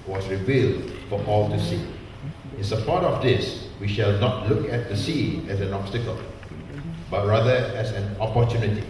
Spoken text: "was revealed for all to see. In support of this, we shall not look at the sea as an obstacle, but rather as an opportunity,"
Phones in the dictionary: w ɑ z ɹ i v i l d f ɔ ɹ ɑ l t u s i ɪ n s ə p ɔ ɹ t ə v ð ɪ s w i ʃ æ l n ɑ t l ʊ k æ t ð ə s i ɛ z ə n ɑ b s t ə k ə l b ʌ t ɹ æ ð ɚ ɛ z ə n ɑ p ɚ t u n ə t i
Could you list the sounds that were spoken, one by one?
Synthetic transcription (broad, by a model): w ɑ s ɹ i v i l d f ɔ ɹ ɑ l t u s i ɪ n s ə p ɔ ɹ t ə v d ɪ s w i ʃ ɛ l n ɑ t l ʊ k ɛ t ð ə s i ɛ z ə n ɑ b s t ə k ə l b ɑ t ɹ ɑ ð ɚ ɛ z ə n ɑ p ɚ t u n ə t i